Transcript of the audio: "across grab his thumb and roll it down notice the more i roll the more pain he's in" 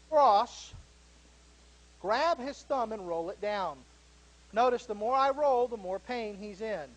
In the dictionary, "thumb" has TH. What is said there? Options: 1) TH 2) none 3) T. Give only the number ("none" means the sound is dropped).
1